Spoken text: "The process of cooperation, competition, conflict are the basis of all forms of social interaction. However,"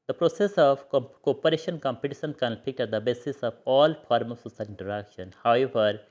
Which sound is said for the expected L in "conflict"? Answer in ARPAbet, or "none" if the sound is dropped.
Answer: none